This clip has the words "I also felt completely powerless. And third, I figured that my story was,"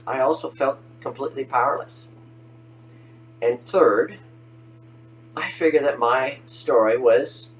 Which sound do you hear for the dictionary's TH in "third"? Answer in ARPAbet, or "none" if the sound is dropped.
TH